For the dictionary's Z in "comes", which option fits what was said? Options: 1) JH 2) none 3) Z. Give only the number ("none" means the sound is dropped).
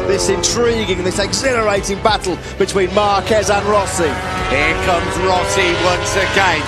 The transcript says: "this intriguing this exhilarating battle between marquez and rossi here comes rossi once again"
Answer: 3